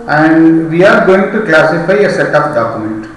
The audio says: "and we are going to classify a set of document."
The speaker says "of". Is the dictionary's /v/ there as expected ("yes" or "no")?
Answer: no